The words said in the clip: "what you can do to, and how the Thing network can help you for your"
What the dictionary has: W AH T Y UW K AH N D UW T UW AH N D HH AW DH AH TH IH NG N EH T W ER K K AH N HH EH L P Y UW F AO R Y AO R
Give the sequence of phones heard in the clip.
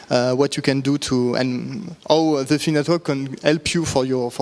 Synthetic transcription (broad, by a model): W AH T Y UW K AH N D UW T UW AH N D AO DH AH F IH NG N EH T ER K K AH N HH EH L P Y UW F AO R Y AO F